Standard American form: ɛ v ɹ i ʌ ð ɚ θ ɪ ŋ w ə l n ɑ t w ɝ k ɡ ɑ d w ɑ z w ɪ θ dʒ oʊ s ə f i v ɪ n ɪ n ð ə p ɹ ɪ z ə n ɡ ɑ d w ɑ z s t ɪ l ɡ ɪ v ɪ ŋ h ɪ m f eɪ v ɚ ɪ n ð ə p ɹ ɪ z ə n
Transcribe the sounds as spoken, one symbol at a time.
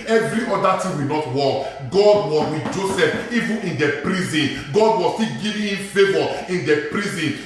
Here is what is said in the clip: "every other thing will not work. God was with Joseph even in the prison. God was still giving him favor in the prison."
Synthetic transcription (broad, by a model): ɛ v ɹ i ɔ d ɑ t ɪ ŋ w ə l n ɑ t w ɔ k ɡ ɑ d w ɑ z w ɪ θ dʒ oʊ s ə f i v ɪ n ɪ n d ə p ɹ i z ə n ɡ ɑ d w ɑ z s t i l ɡ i v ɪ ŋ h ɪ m f eɪ v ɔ ɪ n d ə p ɹ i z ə n